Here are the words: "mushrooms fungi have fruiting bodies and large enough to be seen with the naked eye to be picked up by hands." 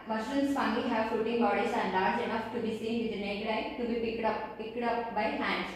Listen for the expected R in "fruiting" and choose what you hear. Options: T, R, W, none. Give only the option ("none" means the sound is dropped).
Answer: none